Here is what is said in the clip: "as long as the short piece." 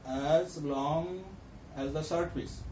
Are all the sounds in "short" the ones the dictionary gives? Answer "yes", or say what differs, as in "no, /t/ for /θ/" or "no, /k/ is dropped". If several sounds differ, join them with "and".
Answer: no, /s/ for /ʃ/